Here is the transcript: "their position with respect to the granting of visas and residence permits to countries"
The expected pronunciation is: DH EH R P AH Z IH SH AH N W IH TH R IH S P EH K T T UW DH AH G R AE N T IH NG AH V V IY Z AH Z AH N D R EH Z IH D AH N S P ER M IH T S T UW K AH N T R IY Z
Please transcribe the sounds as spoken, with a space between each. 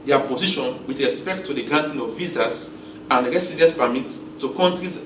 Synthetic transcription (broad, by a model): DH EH P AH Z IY SH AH N W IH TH R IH S P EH K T T UW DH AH G R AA N T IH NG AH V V IY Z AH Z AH N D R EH S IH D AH S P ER M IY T T UW K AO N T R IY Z